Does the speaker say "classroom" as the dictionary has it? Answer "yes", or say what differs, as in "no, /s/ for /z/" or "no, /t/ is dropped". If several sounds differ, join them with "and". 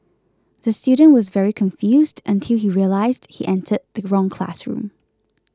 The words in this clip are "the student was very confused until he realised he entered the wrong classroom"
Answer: yes